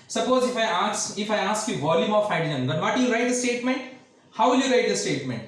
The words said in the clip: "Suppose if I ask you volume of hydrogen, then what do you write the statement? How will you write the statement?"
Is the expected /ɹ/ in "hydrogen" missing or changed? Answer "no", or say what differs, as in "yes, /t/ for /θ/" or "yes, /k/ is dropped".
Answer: yes, /ɹ/ is dropped